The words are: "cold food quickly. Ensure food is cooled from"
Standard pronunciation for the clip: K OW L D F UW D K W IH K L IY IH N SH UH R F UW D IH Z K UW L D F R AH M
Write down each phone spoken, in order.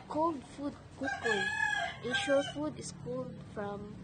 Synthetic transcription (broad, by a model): K OW L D F UW D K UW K IY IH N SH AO F UW D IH S K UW L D F R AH M